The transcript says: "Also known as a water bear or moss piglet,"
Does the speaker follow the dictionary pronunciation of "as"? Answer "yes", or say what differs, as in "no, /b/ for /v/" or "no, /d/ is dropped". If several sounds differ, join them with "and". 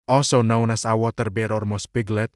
no, /s/ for /z/